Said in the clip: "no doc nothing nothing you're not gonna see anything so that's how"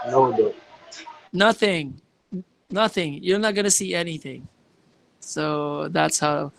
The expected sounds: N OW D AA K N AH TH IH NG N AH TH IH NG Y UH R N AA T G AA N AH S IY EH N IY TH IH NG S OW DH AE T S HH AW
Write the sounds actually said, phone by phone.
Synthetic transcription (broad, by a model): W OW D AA N AH TH IH NG N AH TH IH NG Y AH R N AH T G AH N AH S IY EH N IY TH IH NG S OW DH AE T S HH AW